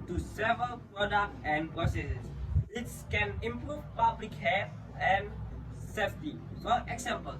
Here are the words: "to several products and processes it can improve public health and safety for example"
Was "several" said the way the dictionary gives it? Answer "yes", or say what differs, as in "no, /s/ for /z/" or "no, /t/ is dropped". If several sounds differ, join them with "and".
yes